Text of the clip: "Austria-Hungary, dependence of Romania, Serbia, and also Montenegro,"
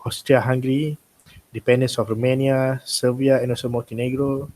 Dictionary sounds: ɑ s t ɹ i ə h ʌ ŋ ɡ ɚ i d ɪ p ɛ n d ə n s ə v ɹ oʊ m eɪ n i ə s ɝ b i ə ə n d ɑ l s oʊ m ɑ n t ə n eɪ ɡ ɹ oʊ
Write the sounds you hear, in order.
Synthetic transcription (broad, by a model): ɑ s t ɹ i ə h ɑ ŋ ɡ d i d ɪ p ɛ n d ə n s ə f ɹ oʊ m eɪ n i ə s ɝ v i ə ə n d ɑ s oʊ m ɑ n t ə n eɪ ɡ ɹ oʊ